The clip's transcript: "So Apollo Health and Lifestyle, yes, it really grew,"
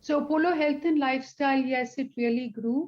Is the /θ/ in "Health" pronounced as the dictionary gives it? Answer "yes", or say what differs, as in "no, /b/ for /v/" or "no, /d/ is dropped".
no, /t/ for /θ/